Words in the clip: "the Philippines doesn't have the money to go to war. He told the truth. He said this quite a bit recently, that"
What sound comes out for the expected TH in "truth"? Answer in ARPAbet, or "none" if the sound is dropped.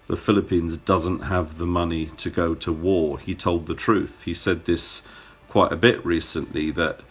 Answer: TH